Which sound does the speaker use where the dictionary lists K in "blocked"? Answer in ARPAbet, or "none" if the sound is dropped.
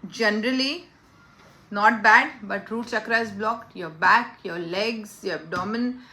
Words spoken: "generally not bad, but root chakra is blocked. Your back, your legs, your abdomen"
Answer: K